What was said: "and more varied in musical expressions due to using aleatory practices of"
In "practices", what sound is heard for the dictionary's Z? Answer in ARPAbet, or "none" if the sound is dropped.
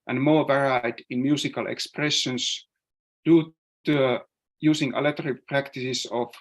S